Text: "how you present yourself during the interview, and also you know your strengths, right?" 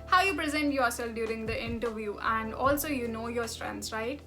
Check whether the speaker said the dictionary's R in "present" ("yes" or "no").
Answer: yes